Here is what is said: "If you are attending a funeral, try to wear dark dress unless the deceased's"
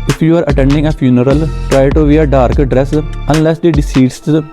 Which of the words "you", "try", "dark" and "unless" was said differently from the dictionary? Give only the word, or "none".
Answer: none